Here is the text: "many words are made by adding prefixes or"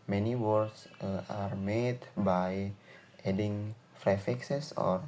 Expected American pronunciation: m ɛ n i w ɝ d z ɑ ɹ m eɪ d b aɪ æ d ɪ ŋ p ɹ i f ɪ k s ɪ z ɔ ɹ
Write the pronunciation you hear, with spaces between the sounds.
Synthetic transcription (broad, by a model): m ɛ n i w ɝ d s ɑ ɹ m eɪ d b aɪ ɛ d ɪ ŋ f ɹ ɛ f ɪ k s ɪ s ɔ ɹ